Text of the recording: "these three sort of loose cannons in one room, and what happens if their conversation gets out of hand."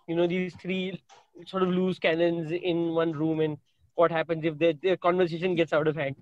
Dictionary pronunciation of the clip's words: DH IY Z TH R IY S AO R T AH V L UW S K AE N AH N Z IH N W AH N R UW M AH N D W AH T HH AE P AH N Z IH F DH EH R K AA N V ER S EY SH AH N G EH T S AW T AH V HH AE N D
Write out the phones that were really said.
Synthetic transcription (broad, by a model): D IY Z T R IY S AO R T AH V L UW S K AE N AH N Z IH N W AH N R UW M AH N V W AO T HH AE P AH N Z IH F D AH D K AA N V ER S EY SH AH N G EH T S AW T AH V HH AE N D